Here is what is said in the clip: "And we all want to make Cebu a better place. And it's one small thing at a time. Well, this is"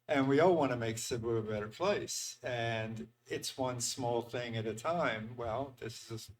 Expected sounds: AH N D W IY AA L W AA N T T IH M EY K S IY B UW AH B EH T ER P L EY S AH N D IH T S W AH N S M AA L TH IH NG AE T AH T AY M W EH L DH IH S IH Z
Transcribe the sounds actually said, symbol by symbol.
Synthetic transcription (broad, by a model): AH N W IY AA L W AA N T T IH M EY K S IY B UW AH B EH T ER P L EY S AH N IH T S W AH N S M AA L TH IH NG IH T AH T AY M W EH L DH IH S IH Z